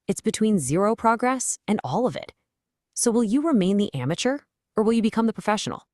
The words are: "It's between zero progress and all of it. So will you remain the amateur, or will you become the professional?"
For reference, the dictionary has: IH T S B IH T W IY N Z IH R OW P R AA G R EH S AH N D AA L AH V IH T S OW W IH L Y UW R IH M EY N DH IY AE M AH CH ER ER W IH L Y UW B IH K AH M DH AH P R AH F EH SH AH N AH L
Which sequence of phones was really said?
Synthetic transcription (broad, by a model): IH T S B IH T W IY N Z IH R OW P R AA G R EH S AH N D AA L AH V IH T S OW W IH L Y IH R IH M EY N DH IY AE M AH CH ER ER W IH L Y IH B IH K AH M DH AH P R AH F EH SH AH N L